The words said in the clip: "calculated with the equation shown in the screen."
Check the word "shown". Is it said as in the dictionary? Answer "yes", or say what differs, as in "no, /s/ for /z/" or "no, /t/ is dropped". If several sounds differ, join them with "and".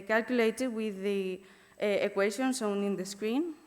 no, /s/ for /ʃ/